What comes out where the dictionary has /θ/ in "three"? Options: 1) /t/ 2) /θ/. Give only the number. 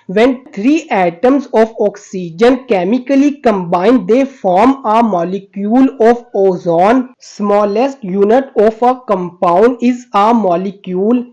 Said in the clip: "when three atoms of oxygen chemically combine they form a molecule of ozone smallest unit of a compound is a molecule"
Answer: 1